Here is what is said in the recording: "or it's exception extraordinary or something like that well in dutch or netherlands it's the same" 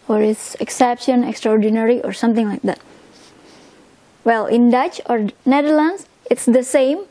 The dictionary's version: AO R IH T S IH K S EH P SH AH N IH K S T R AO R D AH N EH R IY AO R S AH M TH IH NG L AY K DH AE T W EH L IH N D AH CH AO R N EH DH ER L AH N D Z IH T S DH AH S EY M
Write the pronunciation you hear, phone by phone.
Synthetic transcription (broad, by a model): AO R IH T S IH K S EH P SH AH N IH K S T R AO R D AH N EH R IY AO R S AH M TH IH NG L AY K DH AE T W EH L IH N D AH CH AO R N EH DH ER L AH N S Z IH T S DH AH S EY M